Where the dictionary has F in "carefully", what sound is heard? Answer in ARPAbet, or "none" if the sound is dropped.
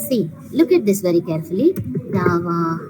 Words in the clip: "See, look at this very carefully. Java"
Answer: F